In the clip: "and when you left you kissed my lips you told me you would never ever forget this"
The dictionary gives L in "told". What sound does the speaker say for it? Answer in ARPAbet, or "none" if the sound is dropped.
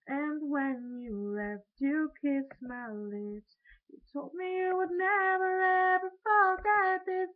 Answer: L